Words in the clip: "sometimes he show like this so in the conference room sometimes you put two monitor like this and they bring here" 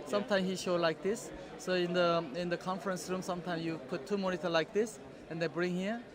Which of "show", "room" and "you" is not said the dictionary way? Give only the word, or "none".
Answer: none